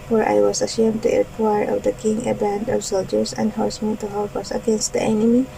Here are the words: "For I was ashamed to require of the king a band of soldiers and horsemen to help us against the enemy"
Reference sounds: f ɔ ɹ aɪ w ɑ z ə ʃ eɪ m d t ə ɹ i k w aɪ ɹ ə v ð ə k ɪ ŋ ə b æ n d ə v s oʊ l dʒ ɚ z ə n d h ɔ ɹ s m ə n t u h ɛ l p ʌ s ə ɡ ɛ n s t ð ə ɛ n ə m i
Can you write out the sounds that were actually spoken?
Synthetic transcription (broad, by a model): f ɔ ɹ aɪ w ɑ s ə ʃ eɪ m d t ə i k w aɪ ɹ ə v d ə k ɪ ŋ ə b æ n d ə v s oʊ l dʒ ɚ s ə n d h ɔ ɹ s m ə n t u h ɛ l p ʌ s ə ɡ ɛ n s t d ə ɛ n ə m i